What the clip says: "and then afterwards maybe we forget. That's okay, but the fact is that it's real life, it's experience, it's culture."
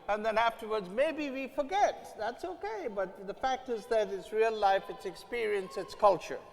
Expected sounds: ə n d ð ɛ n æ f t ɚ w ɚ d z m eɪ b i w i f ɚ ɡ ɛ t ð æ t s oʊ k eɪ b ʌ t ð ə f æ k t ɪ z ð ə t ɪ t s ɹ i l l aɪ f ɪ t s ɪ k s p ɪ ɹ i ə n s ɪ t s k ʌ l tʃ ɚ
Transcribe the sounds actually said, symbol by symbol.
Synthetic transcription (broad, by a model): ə n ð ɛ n æ f t ɚ w ɚ d z m eɪ b i w i f ɚ ɡ ɛ t ð æ t s oʊ k eɪ b ʌ t ð ə f æ k t ɪ z ð ə t ɪ t s ɹ i l l aɪ f ɪ t s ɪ k s p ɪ ɹ i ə n s ɪ t s k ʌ l tʃ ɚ